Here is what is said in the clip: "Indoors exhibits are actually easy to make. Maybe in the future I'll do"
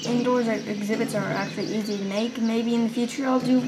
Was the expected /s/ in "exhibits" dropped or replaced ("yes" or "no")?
no